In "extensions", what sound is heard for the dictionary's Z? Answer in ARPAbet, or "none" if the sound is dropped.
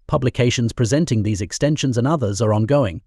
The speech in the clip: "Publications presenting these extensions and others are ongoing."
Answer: Z